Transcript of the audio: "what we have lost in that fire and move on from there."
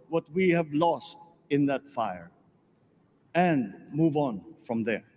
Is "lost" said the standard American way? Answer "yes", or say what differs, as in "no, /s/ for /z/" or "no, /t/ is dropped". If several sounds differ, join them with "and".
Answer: yes